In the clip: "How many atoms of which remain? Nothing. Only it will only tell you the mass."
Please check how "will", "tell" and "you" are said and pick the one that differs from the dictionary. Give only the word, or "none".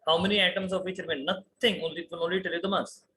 will